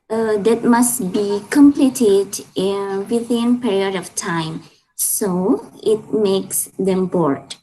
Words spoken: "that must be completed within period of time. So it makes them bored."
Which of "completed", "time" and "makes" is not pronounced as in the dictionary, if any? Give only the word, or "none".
none